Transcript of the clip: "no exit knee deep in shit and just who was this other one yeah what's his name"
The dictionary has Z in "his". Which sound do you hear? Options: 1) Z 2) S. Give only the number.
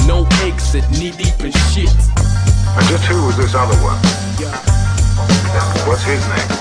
1